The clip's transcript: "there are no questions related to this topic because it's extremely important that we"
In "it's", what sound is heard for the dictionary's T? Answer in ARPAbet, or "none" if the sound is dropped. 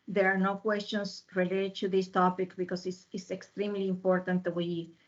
S